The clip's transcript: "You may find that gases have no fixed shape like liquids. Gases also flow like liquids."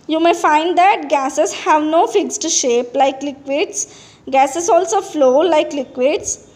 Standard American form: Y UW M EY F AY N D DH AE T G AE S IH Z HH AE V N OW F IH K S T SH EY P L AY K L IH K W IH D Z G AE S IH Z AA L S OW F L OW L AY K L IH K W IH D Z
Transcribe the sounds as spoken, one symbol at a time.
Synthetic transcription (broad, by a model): Y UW M EY F AY N D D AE T G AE S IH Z HH AE V N OW F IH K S T SH EY P L AY K L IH K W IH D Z G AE S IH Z AA L S OW F L OW L AY K L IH K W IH D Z